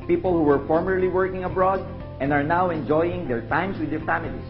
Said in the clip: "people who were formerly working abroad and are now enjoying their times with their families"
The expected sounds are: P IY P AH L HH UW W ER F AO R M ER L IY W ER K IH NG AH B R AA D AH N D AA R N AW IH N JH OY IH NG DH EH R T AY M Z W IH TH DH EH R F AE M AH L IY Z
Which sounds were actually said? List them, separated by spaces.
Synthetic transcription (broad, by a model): P IY P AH L HH UW W ER F AO R M ER L IY W ER K IH NG AH B R AA D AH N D AA R N AW IH N JH OY IH NG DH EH R T AY M S W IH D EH R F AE M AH L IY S